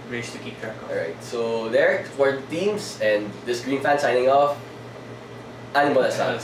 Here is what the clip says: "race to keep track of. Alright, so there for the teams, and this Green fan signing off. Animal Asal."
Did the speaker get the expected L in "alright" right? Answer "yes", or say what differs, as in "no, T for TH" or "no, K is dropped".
no, L is dropped